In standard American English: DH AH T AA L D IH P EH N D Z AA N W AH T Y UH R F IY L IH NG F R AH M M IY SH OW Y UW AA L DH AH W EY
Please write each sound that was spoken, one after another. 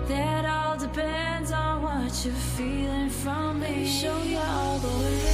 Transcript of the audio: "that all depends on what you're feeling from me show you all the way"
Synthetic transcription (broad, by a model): DH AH T AA L D IH P EH N D Z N W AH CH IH F IY L IH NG F R AH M M IY SH OW Y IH AA L DH AH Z